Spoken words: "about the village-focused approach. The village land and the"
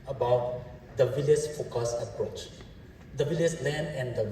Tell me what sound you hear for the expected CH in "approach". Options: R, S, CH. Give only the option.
CH